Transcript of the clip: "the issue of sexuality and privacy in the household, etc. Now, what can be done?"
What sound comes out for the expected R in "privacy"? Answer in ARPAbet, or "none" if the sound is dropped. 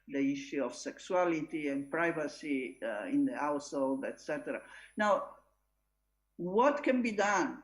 R